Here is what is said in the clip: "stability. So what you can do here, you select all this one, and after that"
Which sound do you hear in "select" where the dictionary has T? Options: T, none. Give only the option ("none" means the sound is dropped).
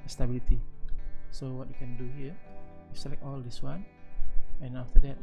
none